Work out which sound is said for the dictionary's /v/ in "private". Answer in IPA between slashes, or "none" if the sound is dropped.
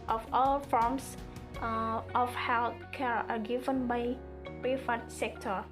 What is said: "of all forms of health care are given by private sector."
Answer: /f/